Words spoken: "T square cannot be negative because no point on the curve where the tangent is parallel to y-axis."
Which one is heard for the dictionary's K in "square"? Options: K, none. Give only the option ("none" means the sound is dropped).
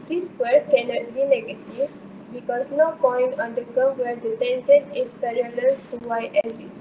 none